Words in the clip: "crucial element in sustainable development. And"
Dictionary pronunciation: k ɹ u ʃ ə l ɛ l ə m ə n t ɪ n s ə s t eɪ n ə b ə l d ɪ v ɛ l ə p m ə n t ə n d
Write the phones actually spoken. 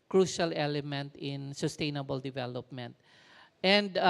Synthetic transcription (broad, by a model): k ɹ u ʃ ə l ɛ l ə m ə n t ɪ n s ə s t eɪ n ə b ə l d ɪ v ɛ l ə p m ə n t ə n d